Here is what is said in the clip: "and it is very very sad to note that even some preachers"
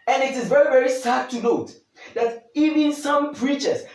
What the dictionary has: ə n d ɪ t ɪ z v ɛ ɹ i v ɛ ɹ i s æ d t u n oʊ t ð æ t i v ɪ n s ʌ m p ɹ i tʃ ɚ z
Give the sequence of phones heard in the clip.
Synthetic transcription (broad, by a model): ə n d ɪ t ɪ z v ɛ ɹ i v ɛ ɹ i s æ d t u n oʊ t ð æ t i v ɪ n s ʌ m p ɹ i tʃ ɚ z